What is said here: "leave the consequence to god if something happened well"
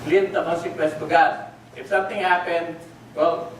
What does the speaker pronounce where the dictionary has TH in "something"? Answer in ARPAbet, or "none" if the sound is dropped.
T